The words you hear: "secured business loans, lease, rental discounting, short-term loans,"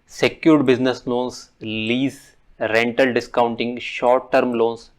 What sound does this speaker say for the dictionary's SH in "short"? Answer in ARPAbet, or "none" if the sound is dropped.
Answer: SH